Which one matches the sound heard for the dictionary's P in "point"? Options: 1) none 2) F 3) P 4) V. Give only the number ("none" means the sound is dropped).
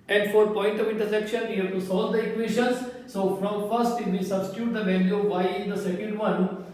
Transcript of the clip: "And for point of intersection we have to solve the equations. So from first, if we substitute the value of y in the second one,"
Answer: 3